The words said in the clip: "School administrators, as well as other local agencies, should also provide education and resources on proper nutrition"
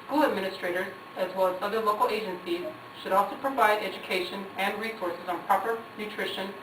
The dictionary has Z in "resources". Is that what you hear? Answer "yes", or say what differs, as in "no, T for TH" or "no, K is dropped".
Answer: yes